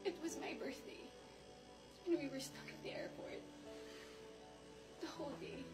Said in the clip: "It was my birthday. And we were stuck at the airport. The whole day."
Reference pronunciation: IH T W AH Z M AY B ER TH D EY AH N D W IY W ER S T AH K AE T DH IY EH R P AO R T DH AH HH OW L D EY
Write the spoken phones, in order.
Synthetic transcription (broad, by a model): IH T W AH Z M AY B ER TH D EY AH N W IY W ER S T AH K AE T DH IY EH R P AO R T DH AH HH OW L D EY